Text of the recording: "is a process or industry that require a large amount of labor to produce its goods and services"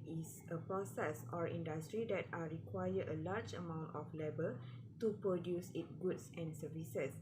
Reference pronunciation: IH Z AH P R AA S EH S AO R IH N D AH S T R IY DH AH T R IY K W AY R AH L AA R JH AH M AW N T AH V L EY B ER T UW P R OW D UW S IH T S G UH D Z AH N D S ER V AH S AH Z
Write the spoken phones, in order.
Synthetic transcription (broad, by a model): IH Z AH P R AA S EH S AO R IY N D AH S T R IY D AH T R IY K W AY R AH L AA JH AH M AW N T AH F L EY B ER T UW P R OW D UW S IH T G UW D S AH N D S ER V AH S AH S